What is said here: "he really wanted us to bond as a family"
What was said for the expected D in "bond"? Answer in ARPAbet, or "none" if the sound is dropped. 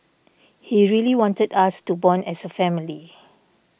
none